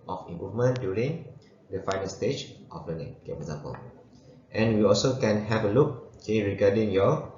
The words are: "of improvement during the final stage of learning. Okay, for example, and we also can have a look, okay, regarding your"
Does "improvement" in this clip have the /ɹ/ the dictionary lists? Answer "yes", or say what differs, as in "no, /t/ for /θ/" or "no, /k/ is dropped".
no, /ɹ/ is dropped